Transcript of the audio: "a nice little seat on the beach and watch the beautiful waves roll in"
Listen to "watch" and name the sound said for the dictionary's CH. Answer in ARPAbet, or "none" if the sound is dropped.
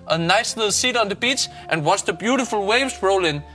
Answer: S